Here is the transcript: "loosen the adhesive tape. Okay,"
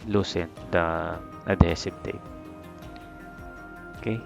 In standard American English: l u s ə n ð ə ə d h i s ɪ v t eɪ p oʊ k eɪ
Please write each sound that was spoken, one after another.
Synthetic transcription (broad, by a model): l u s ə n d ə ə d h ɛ s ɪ p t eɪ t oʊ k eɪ